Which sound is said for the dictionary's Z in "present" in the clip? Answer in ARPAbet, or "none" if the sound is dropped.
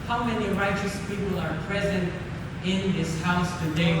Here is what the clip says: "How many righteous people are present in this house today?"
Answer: Z